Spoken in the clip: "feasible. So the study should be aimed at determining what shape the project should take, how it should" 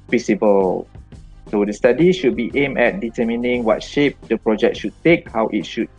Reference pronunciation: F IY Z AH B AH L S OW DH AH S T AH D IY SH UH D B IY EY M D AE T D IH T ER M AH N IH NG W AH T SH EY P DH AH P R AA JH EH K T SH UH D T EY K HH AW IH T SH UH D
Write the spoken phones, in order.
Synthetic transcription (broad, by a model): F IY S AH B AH L S OW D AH S T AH D IY SH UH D B IY EY M EH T D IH T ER M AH N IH NG W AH T SH EY P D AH P R AA JH EH K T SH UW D T EY K HH AW IH T SH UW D